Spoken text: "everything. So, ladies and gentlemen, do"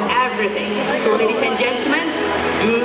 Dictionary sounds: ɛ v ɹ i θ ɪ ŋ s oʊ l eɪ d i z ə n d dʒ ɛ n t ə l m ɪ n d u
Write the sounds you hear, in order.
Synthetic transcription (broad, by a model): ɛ v ɹ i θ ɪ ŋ s oʊ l eɪ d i s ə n dʒ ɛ n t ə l m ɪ n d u